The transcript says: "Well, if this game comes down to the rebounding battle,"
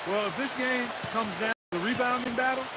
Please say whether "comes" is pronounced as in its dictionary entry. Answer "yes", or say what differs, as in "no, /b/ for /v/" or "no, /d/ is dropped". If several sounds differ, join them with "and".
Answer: yes